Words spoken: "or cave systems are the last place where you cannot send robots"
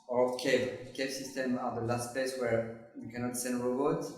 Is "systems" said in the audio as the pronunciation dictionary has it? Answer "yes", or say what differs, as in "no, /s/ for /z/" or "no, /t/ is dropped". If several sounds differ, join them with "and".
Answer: no, /z/ is dropped